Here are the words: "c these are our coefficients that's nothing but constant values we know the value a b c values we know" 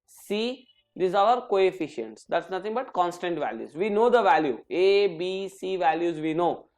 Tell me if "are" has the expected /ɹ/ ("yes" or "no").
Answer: no